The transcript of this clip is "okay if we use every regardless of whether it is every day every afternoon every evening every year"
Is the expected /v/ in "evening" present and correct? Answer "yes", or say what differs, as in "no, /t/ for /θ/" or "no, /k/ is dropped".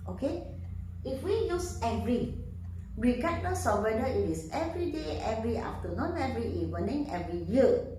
no, /w/ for /v/